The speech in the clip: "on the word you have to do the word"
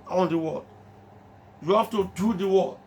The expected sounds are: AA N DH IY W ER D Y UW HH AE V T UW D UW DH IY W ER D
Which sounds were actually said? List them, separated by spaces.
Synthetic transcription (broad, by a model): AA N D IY W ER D Y UW HH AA F T UW D UW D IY W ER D